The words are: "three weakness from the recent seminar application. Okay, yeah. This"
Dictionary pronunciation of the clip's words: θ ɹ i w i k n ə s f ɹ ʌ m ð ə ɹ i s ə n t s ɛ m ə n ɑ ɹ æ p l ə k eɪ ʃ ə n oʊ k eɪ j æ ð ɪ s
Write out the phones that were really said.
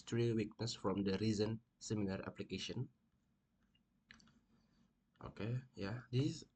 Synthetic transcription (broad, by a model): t ɹ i w i k n ə s f ɹ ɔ m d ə ɹ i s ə n s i m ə l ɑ ɹ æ p l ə k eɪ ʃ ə n oʊ k eɪ j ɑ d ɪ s